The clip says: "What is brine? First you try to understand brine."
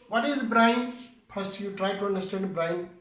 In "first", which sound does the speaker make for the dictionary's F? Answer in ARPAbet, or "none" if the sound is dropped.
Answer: P